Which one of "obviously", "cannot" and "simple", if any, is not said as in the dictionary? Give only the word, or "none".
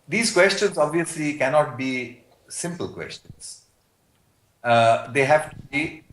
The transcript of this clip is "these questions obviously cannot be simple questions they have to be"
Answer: none